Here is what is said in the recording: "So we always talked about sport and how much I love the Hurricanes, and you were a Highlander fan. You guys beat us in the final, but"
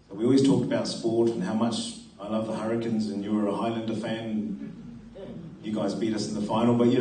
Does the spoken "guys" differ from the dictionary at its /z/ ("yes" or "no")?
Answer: no